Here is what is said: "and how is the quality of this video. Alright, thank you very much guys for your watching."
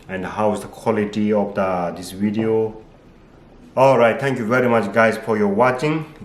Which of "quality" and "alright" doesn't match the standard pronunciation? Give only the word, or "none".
none